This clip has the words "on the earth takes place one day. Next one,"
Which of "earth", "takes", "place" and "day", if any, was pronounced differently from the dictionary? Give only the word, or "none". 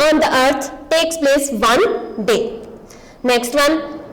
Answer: earth